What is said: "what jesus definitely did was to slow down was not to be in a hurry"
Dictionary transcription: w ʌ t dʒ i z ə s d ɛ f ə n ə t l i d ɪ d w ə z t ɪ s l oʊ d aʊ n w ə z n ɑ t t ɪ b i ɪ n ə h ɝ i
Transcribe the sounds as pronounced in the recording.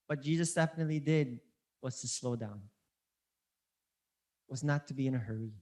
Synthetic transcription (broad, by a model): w ʌ t dʒ i z ə s d ɛ f ə n ə t l i d ɪ d w ə z t ɪ s l oʊ d aʊ n w ə z n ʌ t t ɪ b i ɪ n ə h ɝ i